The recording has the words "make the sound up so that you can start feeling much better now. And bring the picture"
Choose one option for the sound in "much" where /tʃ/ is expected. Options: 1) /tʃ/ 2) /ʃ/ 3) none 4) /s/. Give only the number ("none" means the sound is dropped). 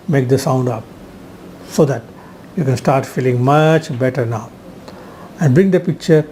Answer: 1